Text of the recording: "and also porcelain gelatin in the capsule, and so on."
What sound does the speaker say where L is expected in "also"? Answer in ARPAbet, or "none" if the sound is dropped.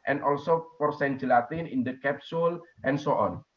L